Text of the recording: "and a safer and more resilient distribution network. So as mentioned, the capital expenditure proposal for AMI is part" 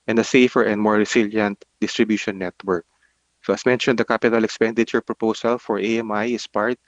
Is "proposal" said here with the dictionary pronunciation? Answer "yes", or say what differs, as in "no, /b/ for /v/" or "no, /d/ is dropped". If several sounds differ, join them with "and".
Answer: no, /s/ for /z/